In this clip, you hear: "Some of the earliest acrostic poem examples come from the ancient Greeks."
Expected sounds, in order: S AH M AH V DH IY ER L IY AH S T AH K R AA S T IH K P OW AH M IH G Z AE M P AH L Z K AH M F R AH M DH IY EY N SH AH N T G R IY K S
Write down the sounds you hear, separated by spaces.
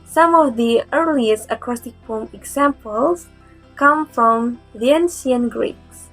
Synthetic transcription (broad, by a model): S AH M AH V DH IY ER L IY AH S T AH K R AA S T IH K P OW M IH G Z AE M P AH L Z K AH M F R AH M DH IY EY N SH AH N G R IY K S